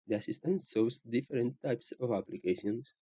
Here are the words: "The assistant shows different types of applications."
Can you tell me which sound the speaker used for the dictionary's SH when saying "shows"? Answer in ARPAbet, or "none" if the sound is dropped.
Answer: S